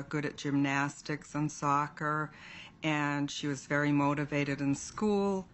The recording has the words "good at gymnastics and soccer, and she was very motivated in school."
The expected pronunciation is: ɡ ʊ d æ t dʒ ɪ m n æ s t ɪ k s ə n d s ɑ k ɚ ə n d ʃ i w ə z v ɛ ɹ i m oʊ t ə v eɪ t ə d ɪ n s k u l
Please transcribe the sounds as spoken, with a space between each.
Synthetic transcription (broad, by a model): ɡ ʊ d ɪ t dʒ ɪ m n æ s t ɪ k s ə n s ɑ k ɚ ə n ʃ i w ə z v ɛ ɹ i m oʊ t ə v eɪ t ə d ɪ n s k u l